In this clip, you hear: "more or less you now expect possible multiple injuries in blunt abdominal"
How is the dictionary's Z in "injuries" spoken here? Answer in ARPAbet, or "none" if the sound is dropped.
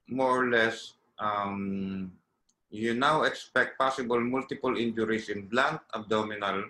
S